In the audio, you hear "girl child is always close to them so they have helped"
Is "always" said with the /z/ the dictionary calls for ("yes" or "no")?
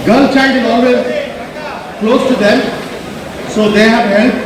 no